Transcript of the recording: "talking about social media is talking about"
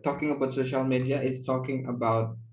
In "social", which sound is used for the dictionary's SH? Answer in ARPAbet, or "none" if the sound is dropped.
SH